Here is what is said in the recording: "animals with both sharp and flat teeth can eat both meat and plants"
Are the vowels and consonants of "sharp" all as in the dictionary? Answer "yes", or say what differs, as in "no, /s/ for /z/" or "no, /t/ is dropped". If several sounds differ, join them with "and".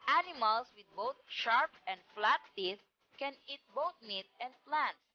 yes